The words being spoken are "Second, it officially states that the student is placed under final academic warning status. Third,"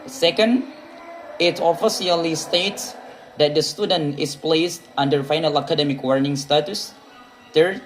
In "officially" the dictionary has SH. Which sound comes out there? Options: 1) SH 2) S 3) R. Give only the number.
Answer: 2